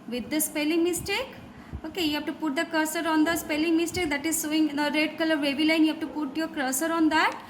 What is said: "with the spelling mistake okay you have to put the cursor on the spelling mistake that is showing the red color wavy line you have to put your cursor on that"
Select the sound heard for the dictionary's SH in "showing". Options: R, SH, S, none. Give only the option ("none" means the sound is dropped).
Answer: S